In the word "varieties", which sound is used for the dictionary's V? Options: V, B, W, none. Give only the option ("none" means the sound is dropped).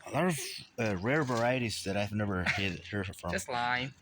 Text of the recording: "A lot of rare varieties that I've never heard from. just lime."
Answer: V